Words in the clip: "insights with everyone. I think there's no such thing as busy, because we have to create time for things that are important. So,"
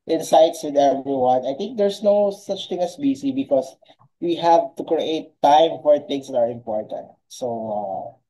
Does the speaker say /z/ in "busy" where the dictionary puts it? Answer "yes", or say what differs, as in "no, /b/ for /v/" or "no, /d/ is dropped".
no, /s/ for /z/